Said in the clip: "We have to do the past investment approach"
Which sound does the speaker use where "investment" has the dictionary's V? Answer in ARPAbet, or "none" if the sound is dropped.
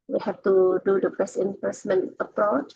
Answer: P